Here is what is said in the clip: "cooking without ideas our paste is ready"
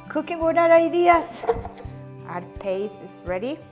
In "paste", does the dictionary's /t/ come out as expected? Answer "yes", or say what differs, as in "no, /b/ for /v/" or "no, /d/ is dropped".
no, /t/ is dropped